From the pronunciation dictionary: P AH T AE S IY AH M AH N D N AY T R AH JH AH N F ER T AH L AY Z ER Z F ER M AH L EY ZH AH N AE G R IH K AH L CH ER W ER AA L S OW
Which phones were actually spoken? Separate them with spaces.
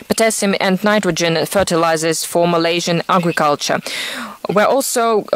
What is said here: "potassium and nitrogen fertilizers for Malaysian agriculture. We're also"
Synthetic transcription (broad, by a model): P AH T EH S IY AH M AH N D N AY T R AH JH AH N F ER T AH L AY Z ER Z F ER M AH L EY ZH AH N AE G R IH K AH L CH ER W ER AA L S OW